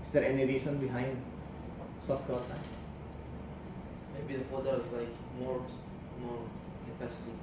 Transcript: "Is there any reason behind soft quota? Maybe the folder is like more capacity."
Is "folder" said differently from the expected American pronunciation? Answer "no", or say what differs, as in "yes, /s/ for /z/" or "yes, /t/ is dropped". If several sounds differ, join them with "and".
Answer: yes, /l/ is dropped